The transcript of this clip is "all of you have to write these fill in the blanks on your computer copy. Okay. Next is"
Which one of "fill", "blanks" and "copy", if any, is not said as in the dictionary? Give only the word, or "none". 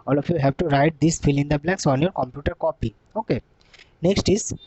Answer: blanks